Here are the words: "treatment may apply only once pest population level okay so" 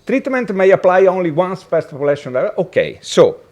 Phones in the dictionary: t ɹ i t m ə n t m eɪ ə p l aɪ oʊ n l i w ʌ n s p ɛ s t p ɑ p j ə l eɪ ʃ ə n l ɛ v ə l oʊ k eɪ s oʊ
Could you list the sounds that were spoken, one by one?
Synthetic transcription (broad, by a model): t ɹ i t m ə n t m eɪ ə p l aɪ oʊ n l i w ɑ n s f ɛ s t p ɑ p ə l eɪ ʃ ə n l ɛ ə oʊ k eɪ s oʊ